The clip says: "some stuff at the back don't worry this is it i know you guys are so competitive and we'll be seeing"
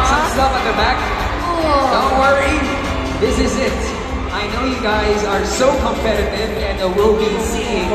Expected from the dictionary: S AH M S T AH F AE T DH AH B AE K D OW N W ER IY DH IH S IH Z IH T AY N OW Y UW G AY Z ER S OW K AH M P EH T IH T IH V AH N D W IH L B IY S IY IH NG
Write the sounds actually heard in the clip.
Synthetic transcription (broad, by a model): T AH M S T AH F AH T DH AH B AE K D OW W ER IY DH IH S IH Z IH T AY N OW Y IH G AY Z ER S OW K AH M P EH T IH T IH V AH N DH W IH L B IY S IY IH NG